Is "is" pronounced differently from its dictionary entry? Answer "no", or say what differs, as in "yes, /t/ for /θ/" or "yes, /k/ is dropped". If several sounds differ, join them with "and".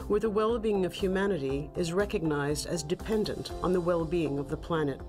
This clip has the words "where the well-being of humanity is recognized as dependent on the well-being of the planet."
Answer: no